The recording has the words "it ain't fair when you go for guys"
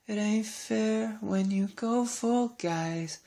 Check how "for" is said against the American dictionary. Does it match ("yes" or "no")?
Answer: no